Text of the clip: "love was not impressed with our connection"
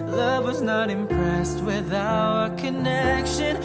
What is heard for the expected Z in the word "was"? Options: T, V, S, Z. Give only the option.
Z